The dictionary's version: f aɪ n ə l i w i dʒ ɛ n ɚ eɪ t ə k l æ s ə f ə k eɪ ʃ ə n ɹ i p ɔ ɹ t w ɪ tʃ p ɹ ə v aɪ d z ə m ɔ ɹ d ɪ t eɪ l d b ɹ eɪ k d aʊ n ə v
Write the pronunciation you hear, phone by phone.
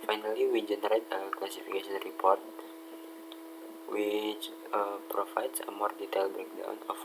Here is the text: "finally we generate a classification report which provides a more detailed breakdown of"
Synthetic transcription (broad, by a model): f aɪ n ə l i w i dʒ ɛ n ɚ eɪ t ə k l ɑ s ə f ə k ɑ s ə n ɹ i p ɔ ɹ t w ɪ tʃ p ɹ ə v aɪ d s ə m ɔ ɹ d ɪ t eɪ l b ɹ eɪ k d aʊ n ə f